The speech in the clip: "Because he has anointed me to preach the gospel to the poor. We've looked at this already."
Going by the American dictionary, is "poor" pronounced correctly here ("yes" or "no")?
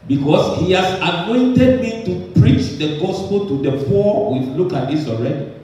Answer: no